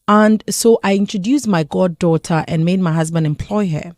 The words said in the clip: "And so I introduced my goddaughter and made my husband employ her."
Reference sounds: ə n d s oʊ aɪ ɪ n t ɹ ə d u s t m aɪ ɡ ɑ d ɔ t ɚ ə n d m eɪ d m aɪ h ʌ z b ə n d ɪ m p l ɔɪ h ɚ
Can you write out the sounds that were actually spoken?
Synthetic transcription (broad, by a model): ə n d s oʊ aɪ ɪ n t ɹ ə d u s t m aɪ ɡ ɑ d ɔ t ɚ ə n m eɪ d m aɪ h ʌ z b ə n d ɪ m p l ɔɪ h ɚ